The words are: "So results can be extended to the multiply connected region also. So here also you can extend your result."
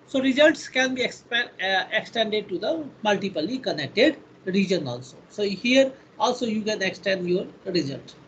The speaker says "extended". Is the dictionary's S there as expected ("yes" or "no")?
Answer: yes